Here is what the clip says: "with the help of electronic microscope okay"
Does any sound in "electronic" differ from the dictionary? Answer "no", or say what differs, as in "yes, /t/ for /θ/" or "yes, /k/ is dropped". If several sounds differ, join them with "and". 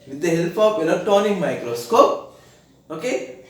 yes, /k/ is dropped and /ɹ/ is dropped